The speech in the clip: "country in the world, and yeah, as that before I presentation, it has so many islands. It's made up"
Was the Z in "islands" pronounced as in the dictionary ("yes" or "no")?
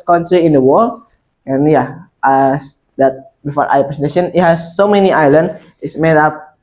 no